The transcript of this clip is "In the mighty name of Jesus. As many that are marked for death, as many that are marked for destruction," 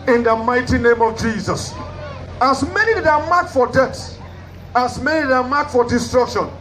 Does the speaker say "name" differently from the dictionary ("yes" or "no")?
no